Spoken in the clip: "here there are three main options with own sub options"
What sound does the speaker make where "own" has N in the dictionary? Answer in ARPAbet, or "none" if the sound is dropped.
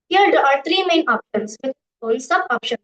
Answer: L